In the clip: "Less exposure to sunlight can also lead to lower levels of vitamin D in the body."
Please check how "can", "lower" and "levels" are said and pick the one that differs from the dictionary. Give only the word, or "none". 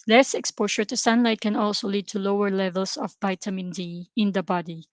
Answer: levels